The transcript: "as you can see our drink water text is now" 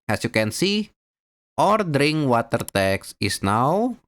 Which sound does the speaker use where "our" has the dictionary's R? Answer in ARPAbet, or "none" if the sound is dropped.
R